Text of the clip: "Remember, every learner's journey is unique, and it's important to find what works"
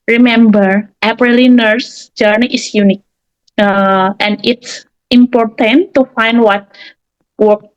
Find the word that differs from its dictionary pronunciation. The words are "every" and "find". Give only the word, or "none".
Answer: every